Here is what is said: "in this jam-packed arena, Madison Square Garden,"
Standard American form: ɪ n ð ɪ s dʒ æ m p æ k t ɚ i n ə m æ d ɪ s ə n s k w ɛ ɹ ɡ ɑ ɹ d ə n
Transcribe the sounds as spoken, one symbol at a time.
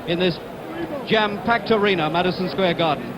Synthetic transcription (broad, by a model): ɪ n ð ɪ s dʒ æ m p æ k t ɚ i n ə m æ d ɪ s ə n s k w ɛ ɡ ɑ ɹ d n